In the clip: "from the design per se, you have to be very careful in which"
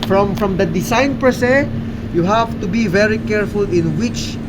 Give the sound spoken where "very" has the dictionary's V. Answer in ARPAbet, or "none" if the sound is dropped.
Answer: V